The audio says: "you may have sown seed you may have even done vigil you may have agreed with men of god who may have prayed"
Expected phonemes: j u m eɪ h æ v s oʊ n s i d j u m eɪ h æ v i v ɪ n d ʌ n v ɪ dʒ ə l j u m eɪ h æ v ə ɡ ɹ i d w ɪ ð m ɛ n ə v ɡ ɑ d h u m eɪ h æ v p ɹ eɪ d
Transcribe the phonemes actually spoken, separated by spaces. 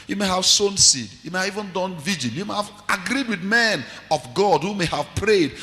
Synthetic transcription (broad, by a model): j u m eɪ h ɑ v s oʊ n s i d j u m eɪ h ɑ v i v ɪ n d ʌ n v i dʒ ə n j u m eɪ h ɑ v ə ɡ ɹ i d w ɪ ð m ɛ n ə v ɡ ɑ d h u m eɪ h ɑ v p ɹ eɪ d